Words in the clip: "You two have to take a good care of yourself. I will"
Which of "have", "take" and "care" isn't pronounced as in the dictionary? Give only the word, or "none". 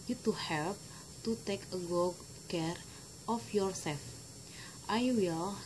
have